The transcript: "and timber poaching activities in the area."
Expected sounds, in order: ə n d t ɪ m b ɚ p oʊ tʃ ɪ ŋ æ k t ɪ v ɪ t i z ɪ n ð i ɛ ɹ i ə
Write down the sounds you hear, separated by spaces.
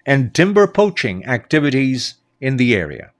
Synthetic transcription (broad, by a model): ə n t ɪ m b ɚ p oʊ tʃ ɪ ŋ æ k t ɪ v ɪ t i z ɪ n ð i ɛ ɹ i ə